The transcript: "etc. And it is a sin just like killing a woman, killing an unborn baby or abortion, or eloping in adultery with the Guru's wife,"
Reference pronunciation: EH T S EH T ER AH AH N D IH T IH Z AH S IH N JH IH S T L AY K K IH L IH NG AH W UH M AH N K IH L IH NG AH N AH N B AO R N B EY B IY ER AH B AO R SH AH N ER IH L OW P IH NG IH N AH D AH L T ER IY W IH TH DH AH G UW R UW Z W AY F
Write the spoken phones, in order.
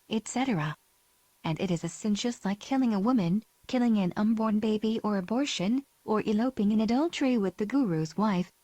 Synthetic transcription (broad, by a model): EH T S EH T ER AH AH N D IH T IH Z AH S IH N SH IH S L AY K K IH L IH NG AH W UH M AH N K IH L IH NG AH N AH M B AO R N B EY B IY ER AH B AO R SH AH N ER IH L OW P IH NG IH N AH D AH L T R IY W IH DH AH G UW R UW Z W AY F